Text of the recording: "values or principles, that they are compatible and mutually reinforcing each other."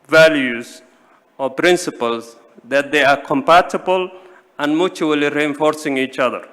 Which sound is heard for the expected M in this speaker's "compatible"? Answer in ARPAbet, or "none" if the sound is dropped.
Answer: M